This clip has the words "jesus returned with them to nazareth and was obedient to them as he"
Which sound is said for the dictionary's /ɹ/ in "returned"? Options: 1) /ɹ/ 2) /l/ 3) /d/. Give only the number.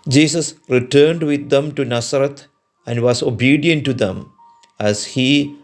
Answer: 1